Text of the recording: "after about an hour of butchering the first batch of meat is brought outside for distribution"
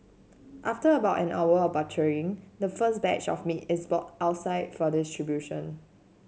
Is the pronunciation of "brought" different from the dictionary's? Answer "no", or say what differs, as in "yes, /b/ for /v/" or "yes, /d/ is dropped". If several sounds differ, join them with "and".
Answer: yes, /ɹ/ is dropped